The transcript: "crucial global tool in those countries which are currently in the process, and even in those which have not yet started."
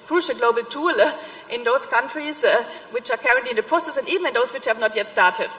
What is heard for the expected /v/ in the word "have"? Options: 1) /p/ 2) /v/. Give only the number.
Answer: 2